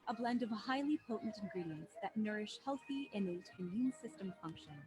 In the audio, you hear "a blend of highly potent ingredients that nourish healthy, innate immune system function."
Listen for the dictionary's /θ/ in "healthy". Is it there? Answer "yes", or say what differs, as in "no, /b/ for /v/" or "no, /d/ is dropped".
yes